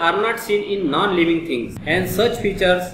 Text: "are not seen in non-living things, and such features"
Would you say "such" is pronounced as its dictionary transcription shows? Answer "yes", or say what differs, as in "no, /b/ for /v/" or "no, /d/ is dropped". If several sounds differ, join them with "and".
yes